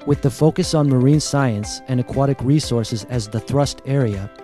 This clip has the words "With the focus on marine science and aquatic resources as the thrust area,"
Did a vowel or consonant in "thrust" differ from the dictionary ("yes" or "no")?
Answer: no